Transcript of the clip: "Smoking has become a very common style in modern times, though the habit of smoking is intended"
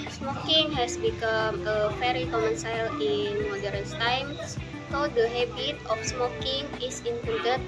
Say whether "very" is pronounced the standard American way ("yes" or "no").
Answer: no